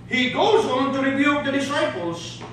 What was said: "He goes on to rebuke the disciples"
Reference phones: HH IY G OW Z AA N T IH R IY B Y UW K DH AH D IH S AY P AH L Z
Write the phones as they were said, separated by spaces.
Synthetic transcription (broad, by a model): HH IY G OW Z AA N T IH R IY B Y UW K DH AH D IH S AY P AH L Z